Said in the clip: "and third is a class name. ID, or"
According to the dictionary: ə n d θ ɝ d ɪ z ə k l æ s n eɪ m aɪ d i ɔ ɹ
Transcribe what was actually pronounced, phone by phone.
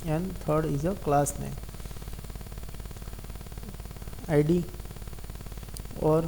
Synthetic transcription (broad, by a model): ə n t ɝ d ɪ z ə k l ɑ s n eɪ aɪ d i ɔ ɹ